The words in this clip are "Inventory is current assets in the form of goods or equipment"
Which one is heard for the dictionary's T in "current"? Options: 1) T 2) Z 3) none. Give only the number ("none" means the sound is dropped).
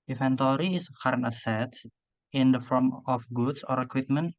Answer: 3